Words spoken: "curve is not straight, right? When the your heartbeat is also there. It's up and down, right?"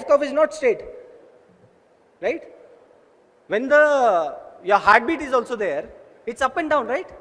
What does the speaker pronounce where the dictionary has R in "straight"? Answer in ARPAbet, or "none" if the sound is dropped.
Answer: none